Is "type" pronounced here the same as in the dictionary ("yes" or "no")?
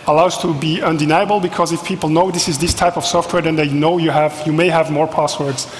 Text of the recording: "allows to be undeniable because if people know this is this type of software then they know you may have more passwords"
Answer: yes